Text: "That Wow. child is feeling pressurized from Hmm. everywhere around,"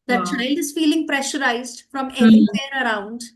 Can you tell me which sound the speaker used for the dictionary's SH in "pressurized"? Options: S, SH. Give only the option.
SH